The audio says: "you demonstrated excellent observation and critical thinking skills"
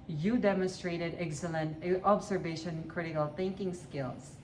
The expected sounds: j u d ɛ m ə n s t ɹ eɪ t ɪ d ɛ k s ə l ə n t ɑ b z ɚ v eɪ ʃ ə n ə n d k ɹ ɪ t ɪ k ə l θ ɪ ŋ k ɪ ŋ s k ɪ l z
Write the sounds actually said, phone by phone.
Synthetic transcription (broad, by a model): j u d ɛ m ə n s t ɹ eɪ t ɪ d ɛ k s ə l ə n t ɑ b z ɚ v eɪ ə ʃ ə n k ɹ ɪ t ɪ k ə l θ ɪ ŋ k ɪ ŋ s k ɪ l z